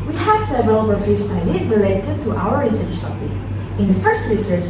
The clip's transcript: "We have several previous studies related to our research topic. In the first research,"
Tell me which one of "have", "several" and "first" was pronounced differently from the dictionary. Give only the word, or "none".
none